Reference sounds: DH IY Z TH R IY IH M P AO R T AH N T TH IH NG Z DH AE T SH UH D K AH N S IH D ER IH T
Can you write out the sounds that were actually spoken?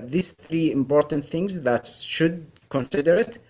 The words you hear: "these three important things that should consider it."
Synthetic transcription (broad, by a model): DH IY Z TH R IY IH M P AO R T AH N T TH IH NG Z DH AE T SH UH D K AH N S IH D ER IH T